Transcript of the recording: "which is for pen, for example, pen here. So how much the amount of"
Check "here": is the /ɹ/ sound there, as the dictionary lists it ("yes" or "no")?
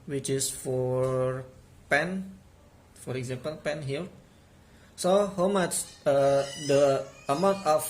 no